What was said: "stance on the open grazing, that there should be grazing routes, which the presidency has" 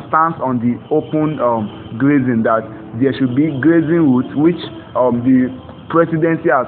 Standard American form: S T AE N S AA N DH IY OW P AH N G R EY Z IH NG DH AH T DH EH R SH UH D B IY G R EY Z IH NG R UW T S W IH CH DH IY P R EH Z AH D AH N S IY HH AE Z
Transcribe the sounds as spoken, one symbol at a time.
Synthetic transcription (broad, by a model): S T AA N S AA N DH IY OW P AH N G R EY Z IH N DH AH T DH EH SH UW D B IY G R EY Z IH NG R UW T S W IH CH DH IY P R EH S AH D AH N S IY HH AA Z